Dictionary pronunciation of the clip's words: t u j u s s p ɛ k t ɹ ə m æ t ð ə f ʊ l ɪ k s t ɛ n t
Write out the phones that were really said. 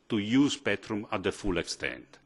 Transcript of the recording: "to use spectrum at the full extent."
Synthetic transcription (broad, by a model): t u j u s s p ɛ t ɹ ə m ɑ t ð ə f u l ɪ k s t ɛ n t